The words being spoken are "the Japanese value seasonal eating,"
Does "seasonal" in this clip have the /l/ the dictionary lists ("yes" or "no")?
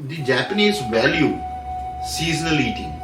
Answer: yes